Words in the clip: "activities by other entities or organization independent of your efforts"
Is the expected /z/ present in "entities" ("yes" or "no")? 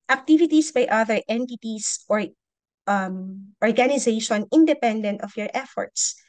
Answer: no